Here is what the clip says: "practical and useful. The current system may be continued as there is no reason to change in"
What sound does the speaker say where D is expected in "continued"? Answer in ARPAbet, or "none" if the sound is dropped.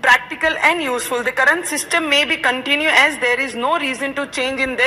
none